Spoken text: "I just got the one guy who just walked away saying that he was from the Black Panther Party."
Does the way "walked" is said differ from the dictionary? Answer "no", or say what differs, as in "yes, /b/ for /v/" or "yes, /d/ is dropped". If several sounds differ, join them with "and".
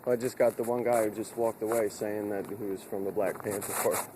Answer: no